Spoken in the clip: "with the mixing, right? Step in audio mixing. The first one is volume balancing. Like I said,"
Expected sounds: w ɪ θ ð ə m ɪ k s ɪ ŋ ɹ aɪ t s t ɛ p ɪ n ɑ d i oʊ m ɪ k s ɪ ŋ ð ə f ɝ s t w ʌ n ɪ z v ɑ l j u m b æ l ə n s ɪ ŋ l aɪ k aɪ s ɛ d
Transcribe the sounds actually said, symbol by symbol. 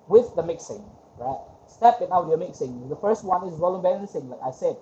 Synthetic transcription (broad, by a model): w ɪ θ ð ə m ɪ k s ɪ ŋ ɹ aɪ t s t ɛ p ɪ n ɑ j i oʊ m ɪ k s ɪ ŋ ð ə f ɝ s t w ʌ n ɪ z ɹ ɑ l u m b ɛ n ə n s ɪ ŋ l aɪ k aɪ s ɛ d